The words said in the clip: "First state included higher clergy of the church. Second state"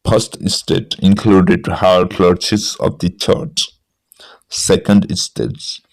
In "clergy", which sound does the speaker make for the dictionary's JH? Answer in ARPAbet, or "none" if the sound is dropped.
CH